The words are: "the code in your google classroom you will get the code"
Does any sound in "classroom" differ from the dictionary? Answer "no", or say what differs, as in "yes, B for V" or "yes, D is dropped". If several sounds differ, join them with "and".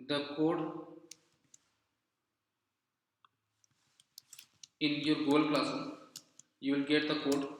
yes, R is dropped